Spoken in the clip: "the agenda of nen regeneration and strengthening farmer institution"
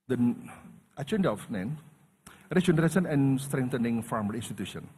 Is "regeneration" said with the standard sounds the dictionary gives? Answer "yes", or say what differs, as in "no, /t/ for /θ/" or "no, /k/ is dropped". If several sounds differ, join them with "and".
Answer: no, /s/ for /ʃ/